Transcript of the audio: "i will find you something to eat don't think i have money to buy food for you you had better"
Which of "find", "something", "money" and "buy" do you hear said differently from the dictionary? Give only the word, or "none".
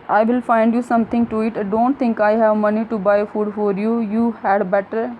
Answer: something